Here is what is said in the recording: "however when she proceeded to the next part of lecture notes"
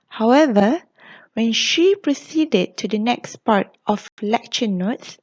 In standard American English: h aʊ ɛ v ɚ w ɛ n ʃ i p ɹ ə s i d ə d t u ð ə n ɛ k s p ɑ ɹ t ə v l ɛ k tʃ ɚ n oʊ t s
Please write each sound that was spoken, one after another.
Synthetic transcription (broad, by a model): h aʊ ɛ v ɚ w ɛ n ʃ i p ɹ ə s i d ə d t u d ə n ɛ k s p ɑ ɹ t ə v l ɛ k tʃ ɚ n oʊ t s